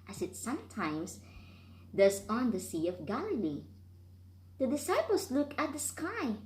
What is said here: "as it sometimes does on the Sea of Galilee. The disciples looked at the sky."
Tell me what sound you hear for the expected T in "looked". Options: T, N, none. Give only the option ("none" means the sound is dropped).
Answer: none